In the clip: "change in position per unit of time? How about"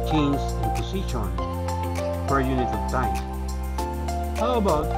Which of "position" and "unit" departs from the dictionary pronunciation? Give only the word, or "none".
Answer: position